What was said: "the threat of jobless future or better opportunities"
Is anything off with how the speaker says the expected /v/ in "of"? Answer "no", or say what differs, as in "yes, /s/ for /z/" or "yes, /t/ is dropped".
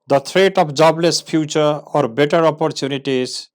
yes, /p/ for /v/